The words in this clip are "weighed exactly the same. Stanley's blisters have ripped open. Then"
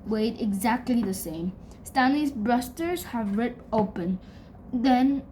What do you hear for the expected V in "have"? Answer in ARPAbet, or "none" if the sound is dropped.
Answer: V